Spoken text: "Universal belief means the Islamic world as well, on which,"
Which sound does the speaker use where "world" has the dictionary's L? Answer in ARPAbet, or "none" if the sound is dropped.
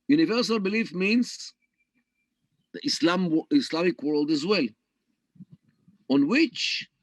L